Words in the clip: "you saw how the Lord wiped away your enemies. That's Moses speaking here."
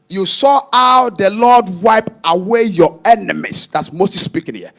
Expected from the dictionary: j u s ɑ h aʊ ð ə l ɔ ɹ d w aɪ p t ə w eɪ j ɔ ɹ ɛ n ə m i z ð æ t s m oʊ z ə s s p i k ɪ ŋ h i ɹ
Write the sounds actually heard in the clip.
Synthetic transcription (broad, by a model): j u s ɑ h aʊ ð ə l ɔ d w aɪ p ə w eɪ j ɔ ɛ n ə m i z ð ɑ t s m oʊ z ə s s p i k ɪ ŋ h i